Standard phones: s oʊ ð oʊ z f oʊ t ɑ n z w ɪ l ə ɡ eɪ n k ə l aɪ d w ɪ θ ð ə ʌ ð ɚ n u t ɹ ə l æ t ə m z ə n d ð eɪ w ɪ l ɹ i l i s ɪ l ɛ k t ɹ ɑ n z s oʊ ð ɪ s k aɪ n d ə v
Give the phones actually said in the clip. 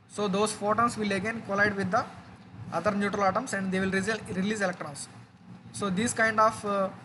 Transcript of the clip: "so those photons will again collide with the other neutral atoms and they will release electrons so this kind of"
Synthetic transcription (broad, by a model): s oʊ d oʊ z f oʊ t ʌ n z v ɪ l ə ɡ eɪ n k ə l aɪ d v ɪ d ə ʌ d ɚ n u t ɹ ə l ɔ t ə m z ə n d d eɪ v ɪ l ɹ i l i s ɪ l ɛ k t ɹ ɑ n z s oʊ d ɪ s k aɪ n d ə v